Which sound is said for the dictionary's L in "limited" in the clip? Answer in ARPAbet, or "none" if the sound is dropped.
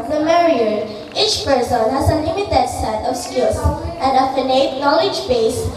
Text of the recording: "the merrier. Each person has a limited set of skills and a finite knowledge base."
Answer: N